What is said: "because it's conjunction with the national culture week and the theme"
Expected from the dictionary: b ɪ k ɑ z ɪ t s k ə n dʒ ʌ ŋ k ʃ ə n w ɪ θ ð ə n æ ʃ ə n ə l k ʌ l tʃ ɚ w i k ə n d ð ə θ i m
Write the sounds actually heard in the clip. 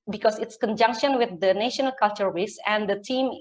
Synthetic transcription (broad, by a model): b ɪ k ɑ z ɪ t s k ə n dʒ ʌ ŋ k ʃ ə n w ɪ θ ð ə n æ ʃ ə n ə l k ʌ l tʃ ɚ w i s ə n d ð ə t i m